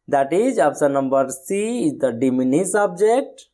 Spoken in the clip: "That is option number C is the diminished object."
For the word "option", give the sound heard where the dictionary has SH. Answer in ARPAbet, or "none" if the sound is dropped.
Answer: S